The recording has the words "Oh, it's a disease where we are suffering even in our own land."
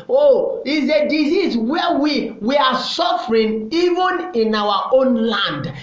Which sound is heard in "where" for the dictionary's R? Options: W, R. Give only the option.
W